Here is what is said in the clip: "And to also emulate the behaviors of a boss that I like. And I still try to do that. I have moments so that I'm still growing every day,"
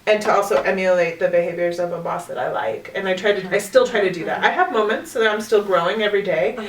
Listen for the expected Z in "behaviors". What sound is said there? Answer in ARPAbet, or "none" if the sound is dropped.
Z